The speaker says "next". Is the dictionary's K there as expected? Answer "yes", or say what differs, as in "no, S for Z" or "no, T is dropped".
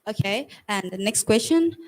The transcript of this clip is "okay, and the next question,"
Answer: yes